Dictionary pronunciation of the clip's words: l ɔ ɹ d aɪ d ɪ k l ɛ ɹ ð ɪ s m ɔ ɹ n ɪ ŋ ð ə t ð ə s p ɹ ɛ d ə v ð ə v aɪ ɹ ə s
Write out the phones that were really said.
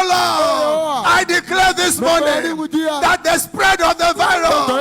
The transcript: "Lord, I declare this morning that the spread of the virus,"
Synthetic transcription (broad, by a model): l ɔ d aɪ d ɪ k l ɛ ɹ ð ɪ s m ɔ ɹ n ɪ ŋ ð ə t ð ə s p ɹ ɛ d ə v ð ə v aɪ ɹ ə